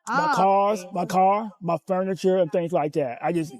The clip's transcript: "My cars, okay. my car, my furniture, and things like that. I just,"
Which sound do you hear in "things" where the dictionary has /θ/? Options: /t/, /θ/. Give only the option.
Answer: /θ/